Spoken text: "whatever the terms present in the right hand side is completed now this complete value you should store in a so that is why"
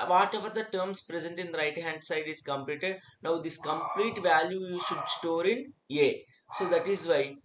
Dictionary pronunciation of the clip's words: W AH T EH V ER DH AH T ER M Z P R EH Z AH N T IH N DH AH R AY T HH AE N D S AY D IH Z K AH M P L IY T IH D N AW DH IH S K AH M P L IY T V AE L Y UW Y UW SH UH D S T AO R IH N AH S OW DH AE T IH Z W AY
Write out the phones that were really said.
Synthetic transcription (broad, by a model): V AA T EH V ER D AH T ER M S P R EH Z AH N T IH N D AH R AY T HH AE N D S AY D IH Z K AH M P L IY T IH D N AW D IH S K AH M P L IY T V AE L Y UW Y UW SH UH D S T AO R IH N AH S OW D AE T IH Z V AY